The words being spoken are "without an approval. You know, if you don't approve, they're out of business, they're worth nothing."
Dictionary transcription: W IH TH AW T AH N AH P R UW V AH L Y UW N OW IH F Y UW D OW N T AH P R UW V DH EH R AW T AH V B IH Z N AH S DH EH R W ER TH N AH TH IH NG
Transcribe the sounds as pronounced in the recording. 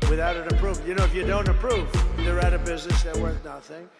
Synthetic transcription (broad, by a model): W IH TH AW T AH N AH P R UW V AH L Y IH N OW IH F Y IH D OW N T AH P R UW V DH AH R AW T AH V B IH Z N AH S DH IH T W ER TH N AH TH IH NG